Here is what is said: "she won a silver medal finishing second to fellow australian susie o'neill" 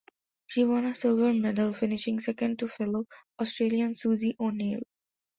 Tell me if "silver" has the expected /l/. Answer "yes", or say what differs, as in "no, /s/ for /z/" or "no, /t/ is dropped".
yes